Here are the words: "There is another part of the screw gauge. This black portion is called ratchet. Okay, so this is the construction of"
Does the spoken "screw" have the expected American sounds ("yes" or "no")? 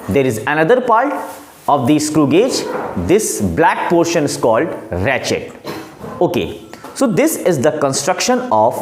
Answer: yes